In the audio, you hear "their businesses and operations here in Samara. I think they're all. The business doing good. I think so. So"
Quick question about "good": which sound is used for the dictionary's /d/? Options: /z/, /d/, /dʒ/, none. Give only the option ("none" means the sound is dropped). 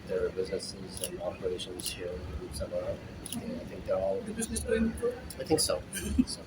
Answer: none